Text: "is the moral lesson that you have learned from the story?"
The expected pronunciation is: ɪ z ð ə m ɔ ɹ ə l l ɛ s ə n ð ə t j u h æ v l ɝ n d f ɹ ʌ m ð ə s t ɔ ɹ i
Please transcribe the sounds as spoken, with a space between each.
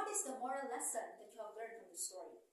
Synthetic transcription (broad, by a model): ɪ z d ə m ɔ ɹ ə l l ɛ s ə n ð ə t j u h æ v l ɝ d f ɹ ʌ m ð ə s t ɔ ɹ i